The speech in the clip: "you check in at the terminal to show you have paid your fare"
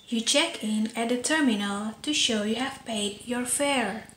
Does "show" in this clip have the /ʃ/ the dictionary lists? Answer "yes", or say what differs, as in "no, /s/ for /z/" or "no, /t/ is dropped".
yes